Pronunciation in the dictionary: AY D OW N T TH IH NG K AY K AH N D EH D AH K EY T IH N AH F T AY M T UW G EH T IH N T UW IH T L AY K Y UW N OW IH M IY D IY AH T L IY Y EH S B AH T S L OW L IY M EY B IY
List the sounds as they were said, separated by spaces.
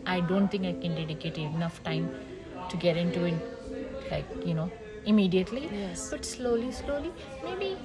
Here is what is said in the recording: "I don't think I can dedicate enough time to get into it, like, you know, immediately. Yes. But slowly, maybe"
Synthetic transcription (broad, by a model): AY D OW N T T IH NG K AY K AH N D EH D AH K EY T IH N AH F T AY M T UW G EH T IH N T UW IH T L AY K Y UW N OW IH M IY D IY AH T L IY Y EH S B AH T S L OW L IY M EY B IY